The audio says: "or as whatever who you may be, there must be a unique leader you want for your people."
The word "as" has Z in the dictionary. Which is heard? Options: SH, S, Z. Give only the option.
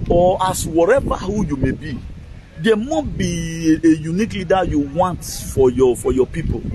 S